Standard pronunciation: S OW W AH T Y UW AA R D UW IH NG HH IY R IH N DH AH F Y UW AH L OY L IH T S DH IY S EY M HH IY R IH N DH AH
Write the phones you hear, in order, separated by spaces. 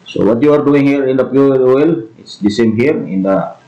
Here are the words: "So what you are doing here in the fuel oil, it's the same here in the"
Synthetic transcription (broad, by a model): S OW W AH T Y UW AA R D UW IH NG HH IY R IH N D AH P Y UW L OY L IH T S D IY S EY M HH IY R IH N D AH